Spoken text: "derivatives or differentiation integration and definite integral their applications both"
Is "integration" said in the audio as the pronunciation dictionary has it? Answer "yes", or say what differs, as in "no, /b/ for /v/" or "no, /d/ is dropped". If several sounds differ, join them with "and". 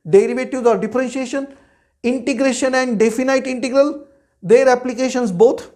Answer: yes